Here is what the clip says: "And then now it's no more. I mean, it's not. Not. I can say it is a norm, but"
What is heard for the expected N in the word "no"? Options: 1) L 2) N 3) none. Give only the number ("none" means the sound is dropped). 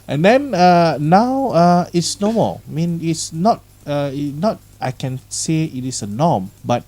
2